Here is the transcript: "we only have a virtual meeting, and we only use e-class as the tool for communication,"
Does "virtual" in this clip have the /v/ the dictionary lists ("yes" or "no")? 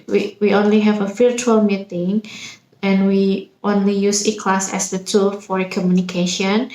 no